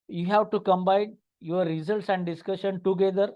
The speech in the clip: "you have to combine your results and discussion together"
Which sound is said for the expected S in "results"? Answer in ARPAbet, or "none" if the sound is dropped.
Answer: S